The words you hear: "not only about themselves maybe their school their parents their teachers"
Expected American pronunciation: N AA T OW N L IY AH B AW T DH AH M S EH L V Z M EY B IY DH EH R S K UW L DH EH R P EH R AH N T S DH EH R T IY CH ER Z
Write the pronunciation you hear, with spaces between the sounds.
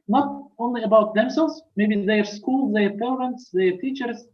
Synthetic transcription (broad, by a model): N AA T OW N L IY AH B AW T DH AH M S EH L Z M EY B IY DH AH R S K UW L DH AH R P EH R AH N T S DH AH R T IY CH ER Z